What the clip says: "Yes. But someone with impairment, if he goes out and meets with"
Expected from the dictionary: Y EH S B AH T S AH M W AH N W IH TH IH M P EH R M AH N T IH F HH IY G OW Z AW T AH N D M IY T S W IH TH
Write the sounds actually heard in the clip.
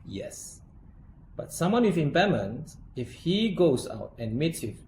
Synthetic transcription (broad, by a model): Y EH S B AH T S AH M W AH N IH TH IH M B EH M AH N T IH F HH IY G OW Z AW T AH N M IY T S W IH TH